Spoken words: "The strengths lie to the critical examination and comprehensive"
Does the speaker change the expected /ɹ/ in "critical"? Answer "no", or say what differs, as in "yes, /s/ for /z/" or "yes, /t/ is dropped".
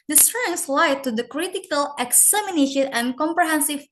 no